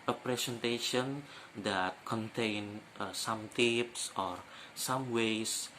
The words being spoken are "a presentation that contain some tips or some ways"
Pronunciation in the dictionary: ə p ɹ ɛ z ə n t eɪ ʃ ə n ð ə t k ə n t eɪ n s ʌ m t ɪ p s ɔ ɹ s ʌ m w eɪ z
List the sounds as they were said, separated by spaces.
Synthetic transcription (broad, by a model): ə p ɹ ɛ s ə n t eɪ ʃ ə n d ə t k ə n t eɪ n s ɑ m t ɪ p s ɔ ɹ s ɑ m w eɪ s